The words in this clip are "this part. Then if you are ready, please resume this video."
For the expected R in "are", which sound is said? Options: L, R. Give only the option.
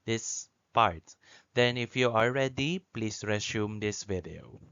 L